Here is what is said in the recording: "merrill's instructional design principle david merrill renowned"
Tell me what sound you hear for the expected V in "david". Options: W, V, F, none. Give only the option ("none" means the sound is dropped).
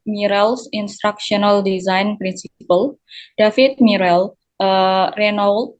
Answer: F